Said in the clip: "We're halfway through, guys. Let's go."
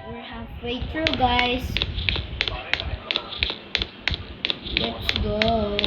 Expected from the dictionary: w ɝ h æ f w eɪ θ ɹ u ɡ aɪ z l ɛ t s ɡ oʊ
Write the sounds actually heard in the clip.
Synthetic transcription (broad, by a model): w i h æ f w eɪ t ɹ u ɡ aɪ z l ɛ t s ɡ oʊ